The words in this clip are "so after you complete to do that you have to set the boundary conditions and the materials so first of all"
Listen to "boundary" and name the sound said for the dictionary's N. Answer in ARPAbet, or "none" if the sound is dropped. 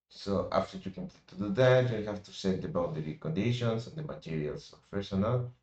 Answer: none